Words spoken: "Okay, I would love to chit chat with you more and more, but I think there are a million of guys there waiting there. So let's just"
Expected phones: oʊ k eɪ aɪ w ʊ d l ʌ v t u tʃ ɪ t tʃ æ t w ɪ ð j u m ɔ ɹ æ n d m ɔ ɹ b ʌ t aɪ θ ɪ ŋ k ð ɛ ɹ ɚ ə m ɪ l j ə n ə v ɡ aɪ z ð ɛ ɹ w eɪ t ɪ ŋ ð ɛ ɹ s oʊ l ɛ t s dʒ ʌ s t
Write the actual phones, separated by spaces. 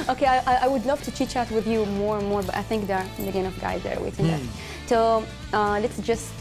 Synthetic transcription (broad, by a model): oʊ k eɪ aɪ w ʊ d l ʌ v t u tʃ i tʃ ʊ t w ɪ ð j u m ɔ ɹ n m ɔ ɹ b ʌ t aɪ θ ɪ ŋ k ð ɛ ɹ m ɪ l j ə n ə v ɡ aɪ z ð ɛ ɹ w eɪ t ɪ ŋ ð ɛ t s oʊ l ɛ t s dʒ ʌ s t